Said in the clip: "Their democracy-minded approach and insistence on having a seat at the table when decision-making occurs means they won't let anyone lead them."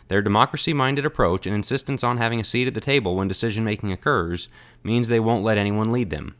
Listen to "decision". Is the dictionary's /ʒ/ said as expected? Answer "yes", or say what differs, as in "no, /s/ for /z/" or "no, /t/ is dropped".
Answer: yes